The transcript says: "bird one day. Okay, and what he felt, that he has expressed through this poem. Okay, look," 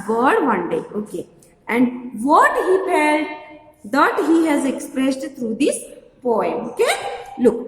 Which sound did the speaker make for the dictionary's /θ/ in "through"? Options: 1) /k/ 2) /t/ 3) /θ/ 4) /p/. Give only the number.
2